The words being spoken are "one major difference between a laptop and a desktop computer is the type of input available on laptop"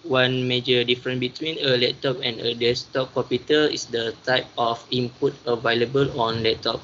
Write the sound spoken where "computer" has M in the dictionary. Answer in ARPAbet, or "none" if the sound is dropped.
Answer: none